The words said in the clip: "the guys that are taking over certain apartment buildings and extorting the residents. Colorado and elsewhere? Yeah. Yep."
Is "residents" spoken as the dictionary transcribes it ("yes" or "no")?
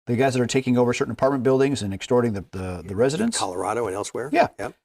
yes